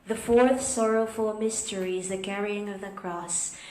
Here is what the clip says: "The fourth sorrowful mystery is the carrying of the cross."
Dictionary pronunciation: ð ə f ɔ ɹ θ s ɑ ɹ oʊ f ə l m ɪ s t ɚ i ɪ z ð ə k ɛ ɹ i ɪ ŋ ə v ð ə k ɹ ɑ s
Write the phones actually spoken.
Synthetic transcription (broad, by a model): ð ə f ɔ ɹ θ s ɑ ɹ oʊ f ə l m ɪ s t ɚ i ɪ z ð ə k ɛ ɹ i ɪ ŋ ə v ð ə k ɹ ɑ s